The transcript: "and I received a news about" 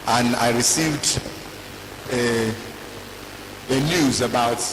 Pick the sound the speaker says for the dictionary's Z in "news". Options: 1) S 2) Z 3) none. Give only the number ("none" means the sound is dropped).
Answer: 2